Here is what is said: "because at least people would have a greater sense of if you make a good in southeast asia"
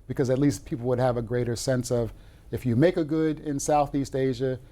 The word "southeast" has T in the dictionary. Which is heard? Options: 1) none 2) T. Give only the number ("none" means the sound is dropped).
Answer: 2